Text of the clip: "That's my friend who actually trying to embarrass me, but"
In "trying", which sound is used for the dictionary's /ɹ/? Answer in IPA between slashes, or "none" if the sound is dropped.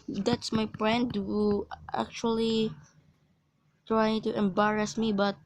/ɹ/